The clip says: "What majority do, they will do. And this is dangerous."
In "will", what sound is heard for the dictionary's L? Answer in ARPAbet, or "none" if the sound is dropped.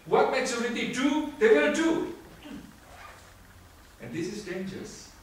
N